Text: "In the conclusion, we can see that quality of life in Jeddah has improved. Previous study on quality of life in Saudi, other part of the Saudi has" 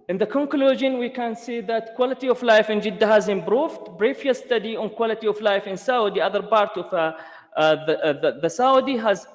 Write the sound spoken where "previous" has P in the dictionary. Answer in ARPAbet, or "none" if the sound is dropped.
B